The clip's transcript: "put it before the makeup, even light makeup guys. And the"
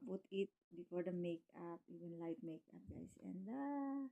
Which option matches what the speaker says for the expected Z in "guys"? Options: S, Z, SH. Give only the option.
S